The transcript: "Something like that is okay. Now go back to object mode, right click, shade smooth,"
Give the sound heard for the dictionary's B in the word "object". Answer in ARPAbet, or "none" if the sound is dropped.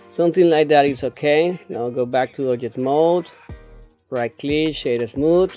none